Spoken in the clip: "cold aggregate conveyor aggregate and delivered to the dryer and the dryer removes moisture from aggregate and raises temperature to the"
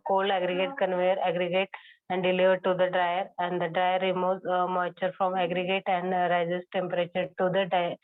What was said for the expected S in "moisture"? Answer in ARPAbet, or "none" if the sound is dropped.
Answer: none